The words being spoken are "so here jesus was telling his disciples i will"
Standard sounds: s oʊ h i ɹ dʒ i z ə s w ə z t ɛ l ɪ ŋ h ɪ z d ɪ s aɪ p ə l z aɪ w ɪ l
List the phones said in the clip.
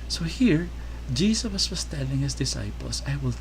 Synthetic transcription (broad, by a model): s oʊ h i ɹ dʒ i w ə s w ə s t ɛ l ɪ ŋ h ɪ s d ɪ s aɪ p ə l s aɪ w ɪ l